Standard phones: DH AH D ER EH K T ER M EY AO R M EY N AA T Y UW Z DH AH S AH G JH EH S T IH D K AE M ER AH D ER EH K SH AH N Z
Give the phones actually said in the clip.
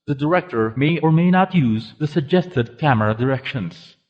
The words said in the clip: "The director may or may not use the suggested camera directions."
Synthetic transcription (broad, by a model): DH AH D ER EH K T ER M EY AO R M EY N AA T Y UW Z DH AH S AH G JH EH S T IH D K AE M ER AH D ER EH K SH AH N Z